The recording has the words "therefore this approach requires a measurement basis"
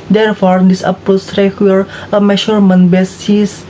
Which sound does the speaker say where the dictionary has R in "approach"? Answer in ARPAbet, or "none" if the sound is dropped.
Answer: none